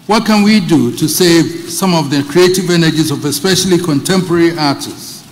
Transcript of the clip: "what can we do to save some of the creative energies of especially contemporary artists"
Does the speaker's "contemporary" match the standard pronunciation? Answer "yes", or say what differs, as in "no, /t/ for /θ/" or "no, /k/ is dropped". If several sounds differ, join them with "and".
yes